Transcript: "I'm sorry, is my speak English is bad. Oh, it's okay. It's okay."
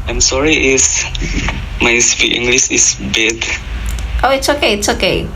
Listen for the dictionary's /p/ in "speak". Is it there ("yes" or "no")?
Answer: no